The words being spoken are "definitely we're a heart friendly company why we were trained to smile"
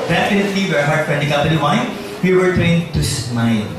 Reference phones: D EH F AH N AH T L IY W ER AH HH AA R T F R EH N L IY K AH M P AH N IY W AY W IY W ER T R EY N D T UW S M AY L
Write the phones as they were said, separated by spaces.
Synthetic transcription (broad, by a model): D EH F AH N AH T L IY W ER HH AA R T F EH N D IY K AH P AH L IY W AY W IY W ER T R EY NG T UW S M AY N